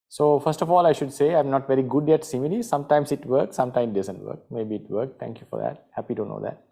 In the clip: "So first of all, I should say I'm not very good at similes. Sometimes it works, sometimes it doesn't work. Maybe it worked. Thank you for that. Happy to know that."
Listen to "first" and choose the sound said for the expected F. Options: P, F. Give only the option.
F